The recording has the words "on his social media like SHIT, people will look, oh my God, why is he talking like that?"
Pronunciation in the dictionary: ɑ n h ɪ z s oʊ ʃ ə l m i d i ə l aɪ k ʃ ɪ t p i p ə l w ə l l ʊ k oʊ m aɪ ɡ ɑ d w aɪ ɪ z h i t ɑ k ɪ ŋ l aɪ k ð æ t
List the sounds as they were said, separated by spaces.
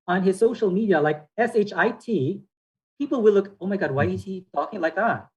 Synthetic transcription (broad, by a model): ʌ n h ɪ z s oʊ ʃ l m i d i ə l aɪ k s ɪ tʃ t i p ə l w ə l l ʊ k oʊ m aɪ ɡ ɑ d w aɪ ɪ z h i t ɑ k ɪ ŋ l aɪ k ð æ t